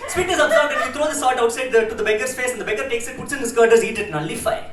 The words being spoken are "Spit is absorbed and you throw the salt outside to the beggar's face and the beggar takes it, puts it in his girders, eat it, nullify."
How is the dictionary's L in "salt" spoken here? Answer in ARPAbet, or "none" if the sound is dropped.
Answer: none